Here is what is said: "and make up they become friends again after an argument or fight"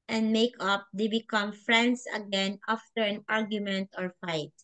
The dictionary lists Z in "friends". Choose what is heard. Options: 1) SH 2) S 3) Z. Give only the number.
2